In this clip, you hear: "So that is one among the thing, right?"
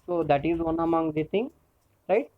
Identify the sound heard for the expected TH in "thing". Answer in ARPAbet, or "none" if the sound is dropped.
T